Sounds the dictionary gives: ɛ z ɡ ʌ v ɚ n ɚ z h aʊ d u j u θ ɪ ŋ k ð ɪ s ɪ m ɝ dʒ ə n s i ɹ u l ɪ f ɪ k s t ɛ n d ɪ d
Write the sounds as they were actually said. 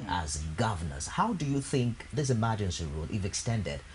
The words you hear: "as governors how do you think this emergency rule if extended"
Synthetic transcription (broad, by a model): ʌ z ɡ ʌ v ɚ n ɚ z h aʊ d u j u θ ɪ ŋ k ð ɪ s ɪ m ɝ dʒ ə n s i ɹ u l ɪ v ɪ k s t ɛ n d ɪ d